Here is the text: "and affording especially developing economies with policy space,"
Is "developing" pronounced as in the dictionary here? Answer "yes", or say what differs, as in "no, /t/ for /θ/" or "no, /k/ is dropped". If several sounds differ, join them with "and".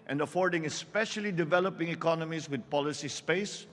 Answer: yes